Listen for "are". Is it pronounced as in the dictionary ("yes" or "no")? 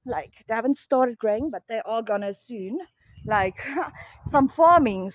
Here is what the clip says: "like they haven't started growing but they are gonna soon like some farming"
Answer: no